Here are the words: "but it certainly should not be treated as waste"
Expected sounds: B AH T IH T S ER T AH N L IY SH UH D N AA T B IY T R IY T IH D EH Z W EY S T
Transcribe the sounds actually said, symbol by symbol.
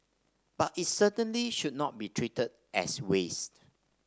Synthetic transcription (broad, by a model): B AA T IH T S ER T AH N L IY SH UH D N AA T B IY T R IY T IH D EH S W EY S T